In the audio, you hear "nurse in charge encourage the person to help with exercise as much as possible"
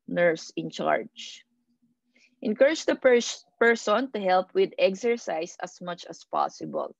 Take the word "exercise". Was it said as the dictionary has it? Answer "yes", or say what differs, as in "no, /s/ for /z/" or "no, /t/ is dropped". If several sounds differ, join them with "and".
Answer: no, /s/ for /z/